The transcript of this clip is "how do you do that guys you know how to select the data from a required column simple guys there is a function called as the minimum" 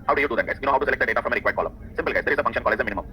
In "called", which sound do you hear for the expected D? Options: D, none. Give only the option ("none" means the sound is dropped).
none